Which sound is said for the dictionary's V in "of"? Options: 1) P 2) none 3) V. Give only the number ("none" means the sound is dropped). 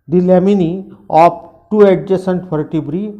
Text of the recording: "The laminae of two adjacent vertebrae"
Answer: 1